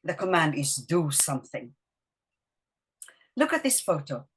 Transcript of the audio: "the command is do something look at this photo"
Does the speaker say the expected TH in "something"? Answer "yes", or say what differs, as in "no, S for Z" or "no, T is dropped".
yes